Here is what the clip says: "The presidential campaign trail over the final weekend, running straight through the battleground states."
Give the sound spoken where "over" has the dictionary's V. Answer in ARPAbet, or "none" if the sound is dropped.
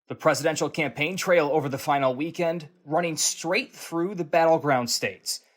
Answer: V